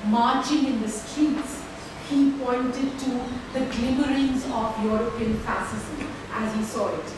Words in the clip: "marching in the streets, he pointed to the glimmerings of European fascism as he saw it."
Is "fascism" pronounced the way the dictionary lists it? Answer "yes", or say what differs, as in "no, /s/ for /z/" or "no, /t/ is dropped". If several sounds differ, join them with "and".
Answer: no, /s/ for /ʃ/